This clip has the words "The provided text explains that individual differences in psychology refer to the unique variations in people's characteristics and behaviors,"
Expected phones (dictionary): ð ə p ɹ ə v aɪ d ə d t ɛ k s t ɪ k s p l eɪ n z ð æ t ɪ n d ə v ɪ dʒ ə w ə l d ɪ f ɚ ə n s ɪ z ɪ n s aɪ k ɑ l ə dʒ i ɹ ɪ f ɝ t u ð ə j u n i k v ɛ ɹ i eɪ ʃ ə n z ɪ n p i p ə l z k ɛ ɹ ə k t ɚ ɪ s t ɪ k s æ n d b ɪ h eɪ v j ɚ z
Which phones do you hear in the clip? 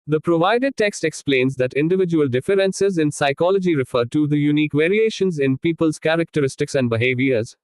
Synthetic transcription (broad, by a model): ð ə p ɹ ə v aɪ d ə d t ɛ k s t ɪ k s p l eɪ n z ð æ t ɪ n d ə v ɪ dʒ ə ə l d ɪ f ɚ ə n s ɪ z ɪ n s aɪ k ɑ l ə dʒ i ɹ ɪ f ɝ t u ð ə j u n i k v ɛ ɹ i eɪ ʃ ə n z ɪ n p i p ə l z k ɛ ɹ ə k t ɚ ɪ s t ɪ k s æ n d b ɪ h eɪ v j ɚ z